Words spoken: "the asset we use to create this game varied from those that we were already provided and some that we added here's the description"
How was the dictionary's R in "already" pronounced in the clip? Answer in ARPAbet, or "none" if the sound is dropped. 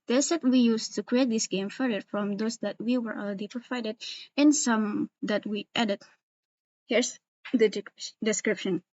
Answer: L